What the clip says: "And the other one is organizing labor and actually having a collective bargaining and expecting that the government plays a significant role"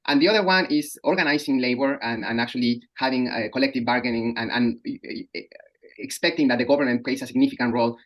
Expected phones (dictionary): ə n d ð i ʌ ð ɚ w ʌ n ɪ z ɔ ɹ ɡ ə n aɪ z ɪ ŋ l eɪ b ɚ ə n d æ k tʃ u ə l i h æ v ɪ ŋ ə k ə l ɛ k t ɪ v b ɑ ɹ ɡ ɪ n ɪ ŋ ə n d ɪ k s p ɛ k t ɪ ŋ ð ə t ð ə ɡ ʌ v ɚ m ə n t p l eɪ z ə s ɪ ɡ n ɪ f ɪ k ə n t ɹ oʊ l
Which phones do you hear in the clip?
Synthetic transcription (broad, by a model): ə n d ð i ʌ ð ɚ w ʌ n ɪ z ɔ ɹ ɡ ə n aɪ s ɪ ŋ l eɪ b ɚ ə n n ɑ k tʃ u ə l i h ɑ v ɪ ŋ ə k ə l ɛ k t ɪ v b ɑ ɹ ɡ ɪ n ɪ ŋ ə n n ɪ k s p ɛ k t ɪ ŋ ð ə t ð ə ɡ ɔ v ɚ m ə n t p l eɪ s ə s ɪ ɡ n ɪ f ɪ k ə n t ɹ oʊ l